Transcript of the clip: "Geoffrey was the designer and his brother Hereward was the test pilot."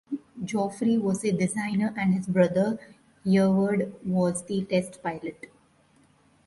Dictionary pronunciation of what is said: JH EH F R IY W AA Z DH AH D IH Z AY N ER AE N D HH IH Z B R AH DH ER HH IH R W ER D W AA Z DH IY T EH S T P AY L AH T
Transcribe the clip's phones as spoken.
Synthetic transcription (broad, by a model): JH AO F R IY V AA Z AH D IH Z AY N ER AE N D HH IH Z B R AH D ER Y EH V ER D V AA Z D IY T EH S T P AY L AH T